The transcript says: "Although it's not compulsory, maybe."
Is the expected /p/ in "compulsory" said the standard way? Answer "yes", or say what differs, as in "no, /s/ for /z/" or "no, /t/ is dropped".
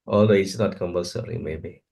no, /b/ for /p/